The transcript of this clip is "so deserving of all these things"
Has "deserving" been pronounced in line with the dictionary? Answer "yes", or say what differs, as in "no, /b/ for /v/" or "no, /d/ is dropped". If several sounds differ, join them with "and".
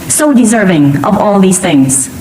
yes